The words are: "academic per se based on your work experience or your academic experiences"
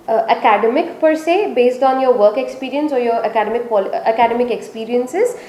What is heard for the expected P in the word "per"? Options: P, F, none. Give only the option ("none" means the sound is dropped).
P